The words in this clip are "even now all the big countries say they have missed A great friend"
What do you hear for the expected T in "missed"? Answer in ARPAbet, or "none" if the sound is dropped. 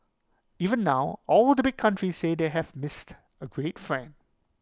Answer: T